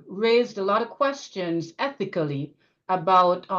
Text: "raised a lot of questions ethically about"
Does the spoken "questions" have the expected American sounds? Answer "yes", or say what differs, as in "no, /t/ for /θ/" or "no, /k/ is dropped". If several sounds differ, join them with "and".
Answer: yes